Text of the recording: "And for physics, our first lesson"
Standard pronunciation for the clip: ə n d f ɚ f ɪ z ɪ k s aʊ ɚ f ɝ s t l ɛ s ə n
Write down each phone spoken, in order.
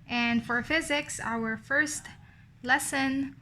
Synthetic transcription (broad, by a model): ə n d f ɚ f ɪ z ɪ k s aʊ ɚ f ɝ s t l ɛ s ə n